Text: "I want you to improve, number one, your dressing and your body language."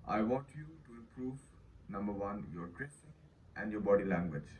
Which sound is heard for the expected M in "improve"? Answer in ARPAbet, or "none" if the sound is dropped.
none